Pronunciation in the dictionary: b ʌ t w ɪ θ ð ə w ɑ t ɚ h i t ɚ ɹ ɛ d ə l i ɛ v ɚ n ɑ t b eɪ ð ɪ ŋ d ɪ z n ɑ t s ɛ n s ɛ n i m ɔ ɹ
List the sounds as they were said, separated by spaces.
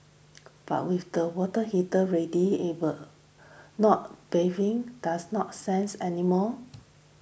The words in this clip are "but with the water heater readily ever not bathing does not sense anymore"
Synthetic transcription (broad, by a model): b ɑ t w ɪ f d ə w ɑ t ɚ h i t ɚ ɹ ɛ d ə i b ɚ n ɑ t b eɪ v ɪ ŋ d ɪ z n ɑ t s ɛ n s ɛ n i m ɔ